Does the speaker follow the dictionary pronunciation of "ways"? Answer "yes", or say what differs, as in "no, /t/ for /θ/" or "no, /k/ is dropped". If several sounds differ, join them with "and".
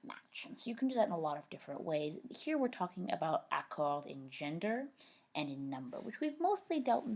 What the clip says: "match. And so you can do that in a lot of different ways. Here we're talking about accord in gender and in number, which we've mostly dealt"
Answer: yes